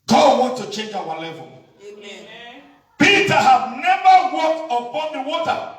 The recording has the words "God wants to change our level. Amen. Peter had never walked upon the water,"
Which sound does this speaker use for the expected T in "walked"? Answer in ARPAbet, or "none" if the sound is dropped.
T